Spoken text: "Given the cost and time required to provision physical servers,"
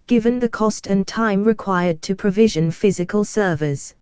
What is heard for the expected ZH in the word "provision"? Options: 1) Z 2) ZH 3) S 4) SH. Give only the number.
2